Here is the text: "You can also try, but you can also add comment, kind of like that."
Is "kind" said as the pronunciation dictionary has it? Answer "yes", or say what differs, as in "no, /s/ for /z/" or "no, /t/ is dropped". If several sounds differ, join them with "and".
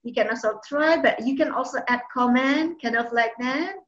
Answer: no, /d/ is dropped